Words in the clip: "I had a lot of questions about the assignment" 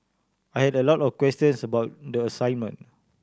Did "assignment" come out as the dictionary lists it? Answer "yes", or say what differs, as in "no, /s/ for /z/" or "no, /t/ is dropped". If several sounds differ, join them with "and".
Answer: no, /t/ is dropped